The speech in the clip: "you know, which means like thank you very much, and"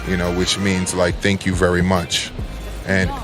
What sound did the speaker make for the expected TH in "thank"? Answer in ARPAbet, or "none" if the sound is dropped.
TH